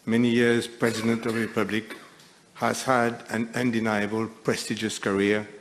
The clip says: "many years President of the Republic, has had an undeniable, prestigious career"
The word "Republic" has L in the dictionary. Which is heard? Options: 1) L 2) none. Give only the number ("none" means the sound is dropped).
1